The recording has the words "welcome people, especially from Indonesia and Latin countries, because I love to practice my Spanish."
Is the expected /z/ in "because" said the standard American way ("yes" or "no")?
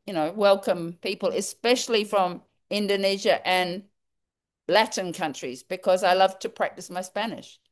yes